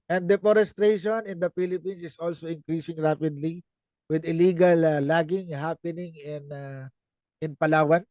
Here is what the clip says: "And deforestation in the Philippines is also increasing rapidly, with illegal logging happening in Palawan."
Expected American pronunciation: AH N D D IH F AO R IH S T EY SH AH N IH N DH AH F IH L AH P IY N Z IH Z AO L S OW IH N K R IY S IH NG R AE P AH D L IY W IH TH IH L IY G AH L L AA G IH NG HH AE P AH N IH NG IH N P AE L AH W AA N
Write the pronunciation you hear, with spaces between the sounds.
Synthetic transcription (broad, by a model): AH N D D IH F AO R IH S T EY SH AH N IH N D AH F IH L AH P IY N S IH S AO L S OW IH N K R IY S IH NG R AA P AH D L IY W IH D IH L IY G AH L L AA G IH NG HH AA P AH N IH NG IH N P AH L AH W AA N